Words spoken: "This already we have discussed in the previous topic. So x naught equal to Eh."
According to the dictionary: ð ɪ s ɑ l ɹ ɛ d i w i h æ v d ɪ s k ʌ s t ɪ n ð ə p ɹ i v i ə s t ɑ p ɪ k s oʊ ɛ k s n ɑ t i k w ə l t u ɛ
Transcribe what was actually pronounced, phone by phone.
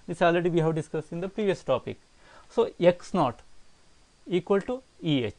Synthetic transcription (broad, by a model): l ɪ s ɑ l ɹ ɛ d i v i h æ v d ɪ s k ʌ s ɪ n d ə p ɹ i v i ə s t ɑ p ɪ k s oʊ ɛ k s n ɑ t i k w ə l t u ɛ